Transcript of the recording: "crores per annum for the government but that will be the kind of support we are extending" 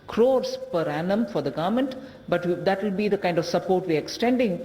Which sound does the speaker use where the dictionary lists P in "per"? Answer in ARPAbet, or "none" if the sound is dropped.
P